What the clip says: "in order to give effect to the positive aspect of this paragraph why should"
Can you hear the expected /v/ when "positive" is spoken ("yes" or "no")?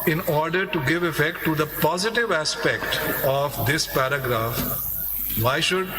yes